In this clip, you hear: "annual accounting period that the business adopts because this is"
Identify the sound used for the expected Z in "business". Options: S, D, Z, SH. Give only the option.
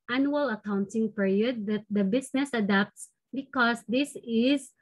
S